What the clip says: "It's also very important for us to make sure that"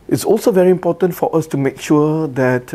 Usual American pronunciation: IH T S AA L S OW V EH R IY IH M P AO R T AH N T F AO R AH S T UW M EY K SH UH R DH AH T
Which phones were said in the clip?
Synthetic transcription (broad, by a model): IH T S AA L S OW V EH R IY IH M P AO T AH N T F AO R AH S T UW M EY K SH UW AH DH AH T